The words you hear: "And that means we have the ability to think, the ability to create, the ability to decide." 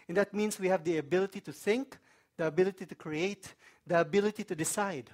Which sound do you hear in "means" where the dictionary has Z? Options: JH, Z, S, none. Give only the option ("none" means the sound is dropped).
S